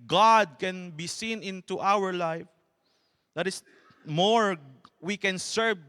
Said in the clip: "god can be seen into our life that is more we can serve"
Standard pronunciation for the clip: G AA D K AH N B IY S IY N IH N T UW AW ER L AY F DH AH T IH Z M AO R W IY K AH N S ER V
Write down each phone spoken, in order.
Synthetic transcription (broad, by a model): G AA D K AH N B IY S IY N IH N T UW AW ER L AY F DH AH T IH S M AO R W IY K AH N S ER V